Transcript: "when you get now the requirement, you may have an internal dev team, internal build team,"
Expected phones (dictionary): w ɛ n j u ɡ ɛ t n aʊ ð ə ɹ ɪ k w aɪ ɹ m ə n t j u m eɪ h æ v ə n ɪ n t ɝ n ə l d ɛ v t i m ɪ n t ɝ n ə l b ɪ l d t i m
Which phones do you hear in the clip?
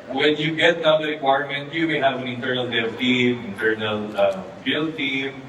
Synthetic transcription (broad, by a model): w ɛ n j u ɡ ɛ t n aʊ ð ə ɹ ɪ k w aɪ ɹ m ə n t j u m eɪ h æ v ə n ɪ n t ɝ n ə l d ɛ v t i m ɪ n t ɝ n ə l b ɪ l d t i m